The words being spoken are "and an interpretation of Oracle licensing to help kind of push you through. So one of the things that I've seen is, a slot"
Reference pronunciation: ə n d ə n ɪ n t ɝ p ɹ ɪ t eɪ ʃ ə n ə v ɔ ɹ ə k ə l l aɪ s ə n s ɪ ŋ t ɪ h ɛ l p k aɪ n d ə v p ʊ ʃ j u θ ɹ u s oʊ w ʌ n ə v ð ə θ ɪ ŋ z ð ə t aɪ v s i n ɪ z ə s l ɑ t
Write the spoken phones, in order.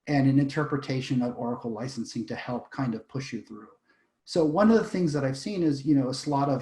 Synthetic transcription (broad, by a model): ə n ə n ɪ n t ɝ p ɹ ɪ t eɪ ʃ ə n ə v ɔ ɹ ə k l l aɪ s n s ɪ ŋ t ɪ h ɛ l p k aɪ n d ə v p ʊ ʃ j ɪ θ ɹ u s oʊ w ʌ n ə v ð ə θ ɪ ŋ z ð ə t aɪ v s i n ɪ z ə s l ɑ t